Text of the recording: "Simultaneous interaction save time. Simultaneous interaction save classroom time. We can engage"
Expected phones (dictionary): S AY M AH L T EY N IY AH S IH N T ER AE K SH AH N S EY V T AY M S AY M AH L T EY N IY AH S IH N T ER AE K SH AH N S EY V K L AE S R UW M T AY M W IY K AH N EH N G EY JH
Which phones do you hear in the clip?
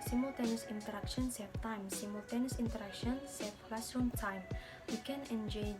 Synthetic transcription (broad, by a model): S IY M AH L T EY N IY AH S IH N T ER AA K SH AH N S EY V T AY M S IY M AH L T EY N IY S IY N T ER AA K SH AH N S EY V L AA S UW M T AY M W IY K AH N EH N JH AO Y